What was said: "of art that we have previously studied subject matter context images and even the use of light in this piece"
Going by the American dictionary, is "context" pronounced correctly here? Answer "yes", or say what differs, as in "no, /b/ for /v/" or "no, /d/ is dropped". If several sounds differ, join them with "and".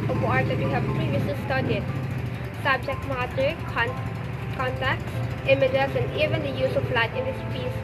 no, /s/ is dropped